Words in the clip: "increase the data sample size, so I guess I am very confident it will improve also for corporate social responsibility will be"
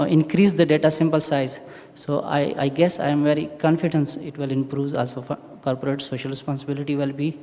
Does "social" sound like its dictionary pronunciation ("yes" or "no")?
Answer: yes